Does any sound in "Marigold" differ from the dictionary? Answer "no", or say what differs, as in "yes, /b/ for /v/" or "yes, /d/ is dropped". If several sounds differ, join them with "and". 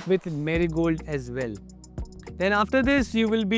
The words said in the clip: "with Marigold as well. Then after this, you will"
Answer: no